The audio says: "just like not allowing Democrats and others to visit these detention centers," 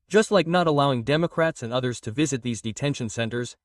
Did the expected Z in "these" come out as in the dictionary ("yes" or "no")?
yes